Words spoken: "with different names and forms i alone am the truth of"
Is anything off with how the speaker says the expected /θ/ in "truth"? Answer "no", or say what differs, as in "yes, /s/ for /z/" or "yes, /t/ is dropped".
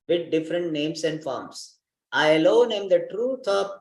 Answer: yes, /t/ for /θ/